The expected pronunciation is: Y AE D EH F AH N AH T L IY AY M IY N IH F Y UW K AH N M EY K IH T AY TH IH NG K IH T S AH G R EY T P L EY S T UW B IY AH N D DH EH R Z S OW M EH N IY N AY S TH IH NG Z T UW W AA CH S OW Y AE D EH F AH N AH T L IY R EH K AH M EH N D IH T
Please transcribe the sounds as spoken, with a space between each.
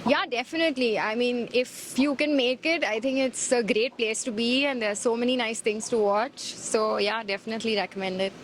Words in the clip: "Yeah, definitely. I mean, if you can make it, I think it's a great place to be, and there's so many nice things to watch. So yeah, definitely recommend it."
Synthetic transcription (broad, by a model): Y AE D EH F AH N AH T L IY AY M IY N IH F Y UW K AH N M EY K IH T AY T IH NG K IH T S AH G R EY T P L EY S T UW B IY AH N D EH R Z S OW M EH N IY N AY S T IH NG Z T UW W AA CH S OW Y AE D EH F AH N AH T L IY R EH K AH M EH N D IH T